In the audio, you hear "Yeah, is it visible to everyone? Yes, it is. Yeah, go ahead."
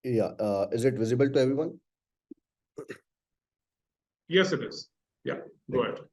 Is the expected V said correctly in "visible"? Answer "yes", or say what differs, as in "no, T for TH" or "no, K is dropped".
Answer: yes